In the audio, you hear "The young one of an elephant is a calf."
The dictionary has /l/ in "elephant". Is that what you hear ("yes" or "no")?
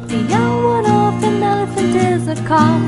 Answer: no